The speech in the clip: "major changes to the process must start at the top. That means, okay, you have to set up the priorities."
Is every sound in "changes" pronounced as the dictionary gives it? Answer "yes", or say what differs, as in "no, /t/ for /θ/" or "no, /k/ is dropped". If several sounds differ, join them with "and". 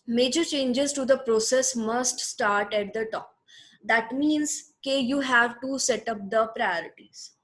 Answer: yes